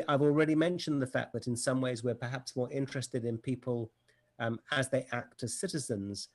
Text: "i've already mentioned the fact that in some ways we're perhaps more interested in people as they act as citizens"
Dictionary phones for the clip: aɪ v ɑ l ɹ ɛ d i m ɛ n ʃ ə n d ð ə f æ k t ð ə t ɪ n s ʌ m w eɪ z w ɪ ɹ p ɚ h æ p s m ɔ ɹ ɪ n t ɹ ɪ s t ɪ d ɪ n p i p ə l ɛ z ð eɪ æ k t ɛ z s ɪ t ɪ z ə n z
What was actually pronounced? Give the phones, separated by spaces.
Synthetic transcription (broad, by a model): aɪ v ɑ l ɹ ɛ d i m ɛ n ʃ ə n ð ə f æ k ð ə t ɪ n s ʌ m w eɪ z w ɪ ɹ p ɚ h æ p s m ɔ ɹ ɪ n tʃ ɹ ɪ s t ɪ d ɪ n p i p ə l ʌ z ð eɪ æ k t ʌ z s ɪ t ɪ z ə n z